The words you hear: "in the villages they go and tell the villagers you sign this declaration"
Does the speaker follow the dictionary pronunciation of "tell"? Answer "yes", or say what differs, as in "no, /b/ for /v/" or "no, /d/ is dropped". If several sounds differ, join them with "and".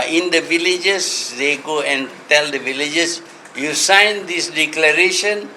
yes